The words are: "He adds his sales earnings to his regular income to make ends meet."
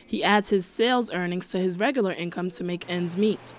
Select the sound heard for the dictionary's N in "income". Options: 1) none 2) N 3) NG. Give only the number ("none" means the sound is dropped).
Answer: 2